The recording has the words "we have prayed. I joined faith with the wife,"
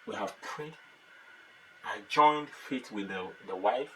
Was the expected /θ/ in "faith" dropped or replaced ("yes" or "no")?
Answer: yes